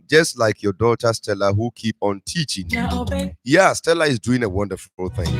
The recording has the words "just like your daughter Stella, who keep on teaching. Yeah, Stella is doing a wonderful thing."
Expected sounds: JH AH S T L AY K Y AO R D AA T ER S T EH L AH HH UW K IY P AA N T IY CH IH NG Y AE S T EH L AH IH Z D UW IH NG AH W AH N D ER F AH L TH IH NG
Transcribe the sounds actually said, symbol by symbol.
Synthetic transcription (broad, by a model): JH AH S T L AY K Y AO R D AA T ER S T EH L AH HH UW K IY P AA N T IY CH IH NG Y AE S T EH L AH IH Z D UW IH NG AH W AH N D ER F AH L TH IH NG